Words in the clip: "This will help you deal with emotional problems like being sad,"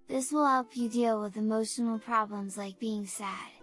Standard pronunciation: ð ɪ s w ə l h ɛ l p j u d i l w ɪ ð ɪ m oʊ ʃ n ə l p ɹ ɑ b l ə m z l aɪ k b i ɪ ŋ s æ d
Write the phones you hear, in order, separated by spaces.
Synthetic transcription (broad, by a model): ð ɪ s w ə l h ɛ l p j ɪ d i l w ɪ ð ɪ m oʊ ʃ n l p ɹ ɑ b l ə m z l aɪ k b i ɪ ŋ s æ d